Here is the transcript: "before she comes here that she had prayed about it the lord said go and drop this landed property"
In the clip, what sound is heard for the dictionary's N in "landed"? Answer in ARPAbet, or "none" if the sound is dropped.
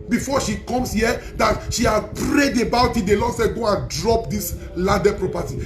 none